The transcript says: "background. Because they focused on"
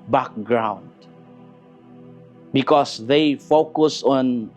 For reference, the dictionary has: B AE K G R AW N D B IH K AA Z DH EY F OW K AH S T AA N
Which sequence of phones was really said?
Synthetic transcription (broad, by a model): B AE K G R AW N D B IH K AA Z DH EY F OW K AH S AA N